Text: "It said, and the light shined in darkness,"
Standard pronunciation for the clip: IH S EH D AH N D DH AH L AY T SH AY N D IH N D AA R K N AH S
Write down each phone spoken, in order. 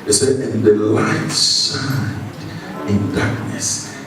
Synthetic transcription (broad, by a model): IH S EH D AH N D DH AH L AY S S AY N IH N D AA R K N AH S